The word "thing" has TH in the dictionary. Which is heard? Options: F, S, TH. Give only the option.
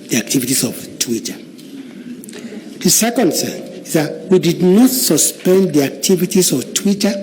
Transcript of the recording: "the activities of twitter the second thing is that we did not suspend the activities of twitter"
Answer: S